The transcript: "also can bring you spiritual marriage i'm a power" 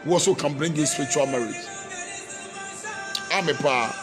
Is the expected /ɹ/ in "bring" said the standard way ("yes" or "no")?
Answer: yes